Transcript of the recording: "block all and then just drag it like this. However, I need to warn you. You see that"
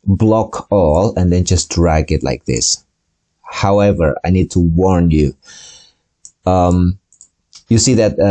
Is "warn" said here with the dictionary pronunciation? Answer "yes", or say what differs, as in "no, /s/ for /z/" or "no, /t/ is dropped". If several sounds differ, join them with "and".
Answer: yes